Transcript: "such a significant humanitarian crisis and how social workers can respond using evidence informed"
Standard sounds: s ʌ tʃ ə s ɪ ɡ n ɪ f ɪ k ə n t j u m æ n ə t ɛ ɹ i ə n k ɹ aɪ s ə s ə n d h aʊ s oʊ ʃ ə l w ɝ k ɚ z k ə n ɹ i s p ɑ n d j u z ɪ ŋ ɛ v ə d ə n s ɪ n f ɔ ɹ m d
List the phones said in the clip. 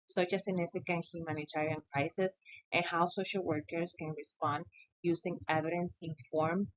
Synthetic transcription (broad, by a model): s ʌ tʃ ə s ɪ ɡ n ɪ f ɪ k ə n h j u m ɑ n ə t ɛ ɹ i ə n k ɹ aɪ s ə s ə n h aʊ s oʊ ʃ ə l w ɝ k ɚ s k ə n ɹ i s p ɑ n d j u s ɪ ŋ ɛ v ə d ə n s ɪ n f ɔ ɹ m